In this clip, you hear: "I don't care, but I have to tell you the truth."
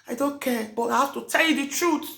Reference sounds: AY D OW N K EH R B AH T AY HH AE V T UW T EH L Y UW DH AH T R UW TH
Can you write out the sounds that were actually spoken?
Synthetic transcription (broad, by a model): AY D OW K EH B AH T AY HH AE F T UW T EH L Y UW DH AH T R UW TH